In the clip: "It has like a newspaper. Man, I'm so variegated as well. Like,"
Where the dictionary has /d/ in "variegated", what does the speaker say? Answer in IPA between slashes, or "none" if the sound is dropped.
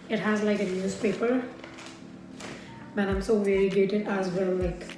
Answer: none